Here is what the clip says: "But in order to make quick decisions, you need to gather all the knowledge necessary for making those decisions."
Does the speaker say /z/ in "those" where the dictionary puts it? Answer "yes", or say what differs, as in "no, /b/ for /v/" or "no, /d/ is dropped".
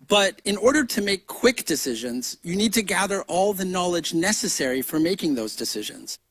yes